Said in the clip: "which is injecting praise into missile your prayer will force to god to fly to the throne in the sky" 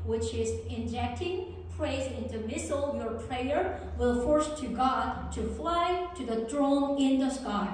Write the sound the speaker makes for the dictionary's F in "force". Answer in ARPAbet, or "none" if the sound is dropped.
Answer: F